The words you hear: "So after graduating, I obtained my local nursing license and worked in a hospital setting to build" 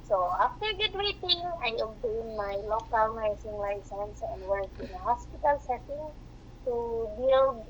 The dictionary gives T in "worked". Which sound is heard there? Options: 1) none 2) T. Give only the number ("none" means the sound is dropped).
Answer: 1